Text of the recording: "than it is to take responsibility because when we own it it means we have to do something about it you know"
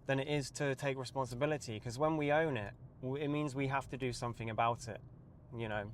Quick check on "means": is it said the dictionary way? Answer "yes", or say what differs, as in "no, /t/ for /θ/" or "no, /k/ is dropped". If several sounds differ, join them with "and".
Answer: yes